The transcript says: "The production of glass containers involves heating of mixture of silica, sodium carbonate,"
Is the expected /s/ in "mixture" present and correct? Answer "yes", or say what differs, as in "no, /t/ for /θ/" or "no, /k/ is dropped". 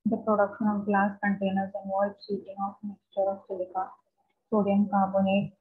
yes